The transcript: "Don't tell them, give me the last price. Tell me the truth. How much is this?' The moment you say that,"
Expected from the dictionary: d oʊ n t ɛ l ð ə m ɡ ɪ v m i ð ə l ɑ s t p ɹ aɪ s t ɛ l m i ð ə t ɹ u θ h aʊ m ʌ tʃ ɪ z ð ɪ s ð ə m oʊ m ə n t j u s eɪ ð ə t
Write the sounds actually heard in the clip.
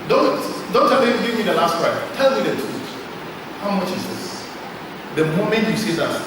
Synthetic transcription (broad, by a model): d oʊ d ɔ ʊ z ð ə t ɡ ɪ v m i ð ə l ɑ s t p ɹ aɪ t ɛ l m i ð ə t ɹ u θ h aʊ m ʌ tʃ ɪ z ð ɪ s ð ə m oʊ m ə n t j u s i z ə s